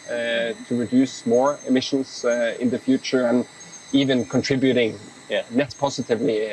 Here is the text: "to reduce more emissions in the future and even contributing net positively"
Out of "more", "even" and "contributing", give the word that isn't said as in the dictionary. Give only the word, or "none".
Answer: none